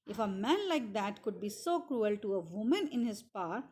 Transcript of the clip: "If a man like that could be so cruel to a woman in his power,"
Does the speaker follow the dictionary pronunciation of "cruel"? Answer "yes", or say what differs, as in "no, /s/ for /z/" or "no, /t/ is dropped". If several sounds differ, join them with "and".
yes